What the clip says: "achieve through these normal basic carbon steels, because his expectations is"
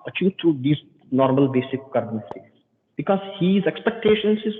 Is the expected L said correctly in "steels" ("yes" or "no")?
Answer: no